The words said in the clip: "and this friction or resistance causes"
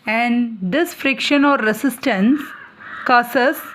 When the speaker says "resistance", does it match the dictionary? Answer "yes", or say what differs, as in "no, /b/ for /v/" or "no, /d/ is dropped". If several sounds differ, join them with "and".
no, /s/ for /z/